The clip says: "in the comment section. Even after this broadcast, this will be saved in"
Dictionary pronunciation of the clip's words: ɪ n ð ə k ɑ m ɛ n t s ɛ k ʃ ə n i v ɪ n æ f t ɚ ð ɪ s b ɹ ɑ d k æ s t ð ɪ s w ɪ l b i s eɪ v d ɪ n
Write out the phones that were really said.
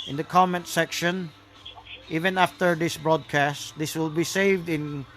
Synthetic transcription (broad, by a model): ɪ n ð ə k ɑ m ɛ n t s ɛ k ʃ ə n i v ɪ n æ f t ɚ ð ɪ s b ɹ ɑ d k æ s t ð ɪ s w ɪ l b i s eɪ v d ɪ n